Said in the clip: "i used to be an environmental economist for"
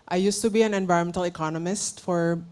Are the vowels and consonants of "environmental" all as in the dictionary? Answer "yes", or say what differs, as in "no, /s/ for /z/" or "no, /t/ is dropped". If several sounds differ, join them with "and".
no, /ɹ/ is dropped